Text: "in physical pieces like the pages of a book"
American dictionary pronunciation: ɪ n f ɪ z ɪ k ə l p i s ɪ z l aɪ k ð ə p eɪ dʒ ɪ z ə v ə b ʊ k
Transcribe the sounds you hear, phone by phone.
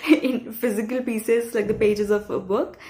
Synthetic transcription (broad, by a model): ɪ n f ɪ z ɪ k ə l p i s ɪ z l aɪ k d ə p eɪ dʒ ɪ z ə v ə b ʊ k